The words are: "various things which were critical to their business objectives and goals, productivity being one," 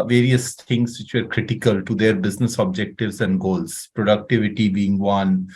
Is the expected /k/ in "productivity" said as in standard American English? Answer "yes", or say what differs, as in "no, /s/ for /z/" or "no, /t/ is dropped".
yes